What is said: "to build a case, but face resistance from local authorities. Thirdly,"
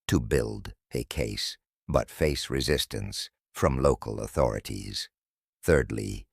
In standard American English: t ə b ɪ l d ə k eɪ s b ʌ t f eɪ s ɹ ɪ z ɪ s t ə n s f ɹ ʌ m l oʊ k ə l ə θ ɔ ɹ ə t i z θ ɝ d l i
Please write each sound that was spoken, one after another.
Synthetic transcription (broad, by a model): t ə b ɪ l d ə k eɪ s b ʌ t f eɪ s ɹ ɪ z ɪ s t ə n s f ɹ ʌ m l oʊ k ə l ə θ ɔ ɹ ə t i z θ ɝ d l i